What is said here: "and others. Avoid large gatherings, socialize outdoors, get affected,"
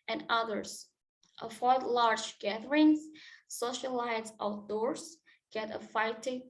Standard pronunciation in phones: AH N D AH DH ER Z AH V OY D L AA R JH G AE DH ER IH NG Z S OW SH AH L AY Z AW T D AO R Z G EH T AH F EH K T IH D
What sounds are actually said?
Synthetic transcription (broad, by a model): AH N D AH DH ER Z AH F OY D L AA R JH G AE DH ER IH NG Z S OW SH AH L AY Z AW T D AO R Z G EH T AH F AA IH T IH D